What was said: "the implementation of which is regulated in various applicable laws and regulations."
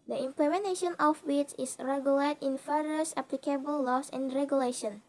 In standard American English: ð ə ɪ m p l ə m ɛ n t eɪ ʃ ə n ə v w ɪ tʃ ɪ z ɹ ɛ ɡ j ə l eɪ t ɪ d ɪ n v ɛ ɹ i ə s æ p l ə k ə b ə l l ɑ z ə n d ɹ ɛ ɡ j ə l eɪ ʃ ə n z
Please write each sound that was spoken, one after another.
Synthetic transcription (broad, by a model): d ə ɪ m p l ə m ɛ n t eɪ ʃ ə n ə f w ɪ s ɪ s ɹ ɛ ɡ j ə l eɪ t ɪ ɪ n f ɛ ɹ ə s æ p l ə k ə b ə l l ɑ s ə n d ɹ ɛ ɡ j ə l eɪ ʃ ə n